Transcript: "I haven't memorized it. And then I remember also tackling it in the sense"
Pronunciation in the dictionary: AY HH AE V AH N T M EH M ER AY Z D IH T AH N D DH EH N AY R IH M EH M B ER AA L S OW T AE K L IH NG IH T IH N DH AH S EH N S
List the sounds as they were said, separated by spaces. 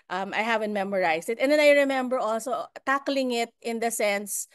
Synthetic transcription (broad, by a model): AY HH AE V AH N T M EH M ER AY S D IH T AH N D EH N AY R IH M EH M B ER AA L S OW T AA K L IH NG IH T IH N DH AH S EH N S